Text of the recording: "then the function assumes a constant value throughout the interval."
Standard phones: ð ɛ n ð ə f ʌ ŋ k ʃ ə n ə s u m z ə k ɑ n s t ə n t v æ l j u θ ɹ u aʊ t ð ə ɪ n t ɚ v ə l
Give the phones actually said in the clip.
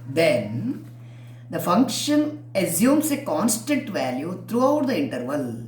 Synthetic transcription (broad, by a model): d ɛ n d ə f ʌ ŋ k ʃ ə n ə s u m s ə k ɑ n s t ə n t v æ l j u t ɹ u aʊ t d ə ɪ n t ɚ v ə l